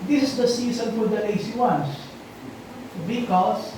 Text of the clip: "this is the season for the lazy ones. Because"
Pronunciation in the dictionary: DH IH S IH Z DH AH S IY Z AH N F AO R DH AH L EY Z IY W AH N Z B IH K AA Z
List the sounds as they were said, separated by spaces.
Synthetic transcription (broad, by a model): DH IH S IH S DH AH S IY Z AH N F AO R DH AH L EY S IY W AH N S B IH K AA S